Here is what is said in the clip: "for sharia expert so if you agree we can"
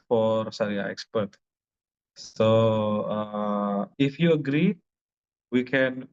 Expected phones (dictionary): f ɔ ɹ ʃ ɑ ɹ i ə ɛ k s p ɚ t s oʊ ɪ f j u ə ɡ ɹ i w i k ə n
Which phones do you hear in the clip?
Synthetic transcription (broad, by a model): f ɔ ɹ s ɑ ɹ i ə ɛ k s p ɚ t s oʊ ɪ f j u ə ɡ ɹ i w i k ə n